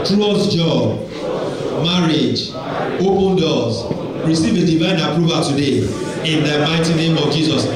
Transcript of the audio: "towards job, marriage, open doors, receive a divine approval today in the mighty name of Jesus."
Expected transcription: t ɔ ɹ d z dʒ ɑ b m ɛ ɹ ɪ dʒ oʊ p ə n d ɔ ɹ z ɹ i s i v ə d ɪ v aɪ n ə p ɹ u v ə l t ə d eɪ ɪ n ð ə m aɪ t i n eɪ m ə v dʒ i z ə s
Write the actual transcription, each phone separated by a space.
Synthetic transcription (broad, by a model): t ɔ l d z dʒ ɑ b m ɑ ɹ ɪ dʒ oʊ p ə n d ɔ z ɹ i s i v ə d ɪ v aɪ n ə p ɹ u v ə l t ə d eɪ ɪ n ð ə m aɪ t i n eɪ m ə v dʒ i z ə s